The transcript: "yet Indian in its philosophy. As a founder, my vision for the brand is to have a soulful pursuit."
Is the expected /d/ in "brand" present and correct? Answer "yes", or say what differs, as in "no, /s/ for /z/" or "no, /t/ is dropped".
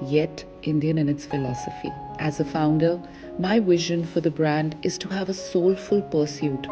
yes